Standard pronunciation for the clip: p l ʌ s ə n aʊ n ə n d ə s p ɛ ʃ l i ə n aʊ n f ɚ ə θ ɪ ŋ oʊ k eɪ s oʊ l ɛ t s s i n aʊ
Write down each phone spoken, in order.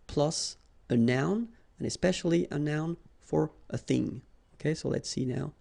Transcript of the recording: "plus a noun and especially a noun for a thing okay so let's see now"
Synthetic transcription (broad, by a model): p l ʌ s ə n aʊ n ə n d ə s p ɛ ʃ l i ə n aʊ n f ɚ ə θ ɪ ŋ oʊ k eɪ s oʊ l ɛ t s s i n aʊ